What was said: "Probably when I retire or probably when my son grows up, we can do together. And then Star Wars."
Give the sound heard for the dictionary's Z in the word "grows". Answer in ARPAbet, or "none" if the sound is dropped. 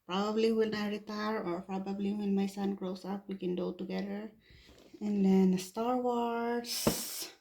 S